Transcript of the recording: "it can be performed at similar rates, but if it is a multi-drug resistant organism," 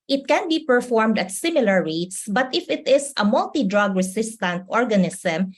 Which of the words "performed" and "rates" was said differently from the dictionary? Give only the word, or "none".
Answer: none